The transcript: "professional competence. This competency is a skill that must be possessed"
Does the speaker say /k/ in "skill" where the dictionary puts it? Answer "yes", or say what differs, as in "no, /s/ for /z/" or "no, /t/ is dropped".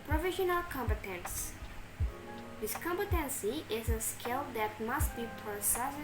yes